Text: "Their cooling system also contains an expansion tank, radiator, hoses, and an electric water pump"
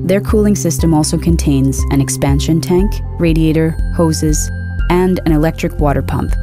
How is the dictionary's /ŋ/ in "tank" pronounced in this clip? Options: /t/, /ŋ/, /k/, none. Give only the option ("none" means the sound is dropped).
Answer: /ŋ/